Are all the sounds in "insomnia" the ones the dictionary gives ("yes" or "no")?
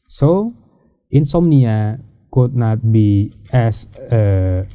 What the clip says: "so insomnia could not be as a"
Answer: yes